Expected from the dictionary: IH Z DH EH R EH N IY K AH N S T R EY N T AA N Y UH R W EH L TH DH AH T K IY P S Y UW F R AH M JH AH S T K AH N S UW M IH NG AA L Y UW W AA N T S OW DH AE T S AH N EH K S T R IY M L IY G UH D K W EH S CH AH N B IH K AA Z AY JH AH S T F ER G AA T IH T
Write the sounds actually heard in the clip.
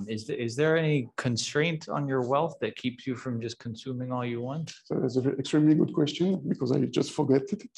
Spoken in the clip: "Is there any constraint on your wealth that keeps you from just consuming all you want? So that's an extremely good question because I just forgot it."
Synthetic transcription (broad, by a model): IH Z DH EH R EH N IY K AH N S T R EY N T N Y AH R W EH L TH DH AH T K IY P S Y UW F R AH M JH AH S K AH N S UW M IH NG AA L Y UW W AA N T S OW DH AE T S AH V EH K S T R IY M L IY G UH D K W EH S CH AH N B IH K AA Z AY JH AH S T F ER G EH T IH T